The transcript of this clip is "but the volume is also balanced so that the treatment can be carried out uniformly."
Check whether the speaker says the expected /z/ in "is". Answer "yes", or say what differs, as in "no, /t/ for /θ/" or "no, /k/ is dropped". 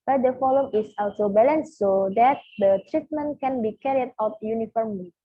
no, /s/ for /z/